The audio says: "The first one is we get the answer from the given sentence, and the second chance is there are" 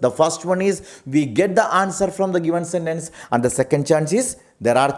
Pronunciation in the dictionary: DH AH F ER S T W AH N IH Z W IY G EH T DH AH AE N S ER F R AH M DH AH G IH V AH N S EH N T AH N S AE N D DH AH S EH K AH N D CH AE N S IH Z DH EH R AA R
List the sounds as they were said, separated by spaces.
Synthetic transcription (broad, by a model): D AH F ER S T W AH N IH Z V IY G EH T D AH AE N S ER F R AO M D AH G IH V AH N S EH N T AH N S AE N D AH S EH K AH N D CH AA N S IH Z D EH R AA R